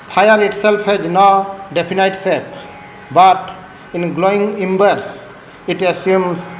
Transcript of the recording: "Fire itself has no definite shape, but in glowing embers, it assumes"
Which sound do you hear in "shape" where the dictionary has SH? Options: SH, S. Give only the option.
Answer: S